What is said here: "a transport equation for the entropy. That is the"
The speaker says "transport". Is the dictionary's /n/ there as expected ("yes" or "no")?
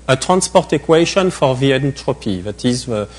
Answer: yes